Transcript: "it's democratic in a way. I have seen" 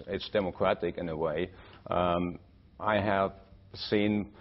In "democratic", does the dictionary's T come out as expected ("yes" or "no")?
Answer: yes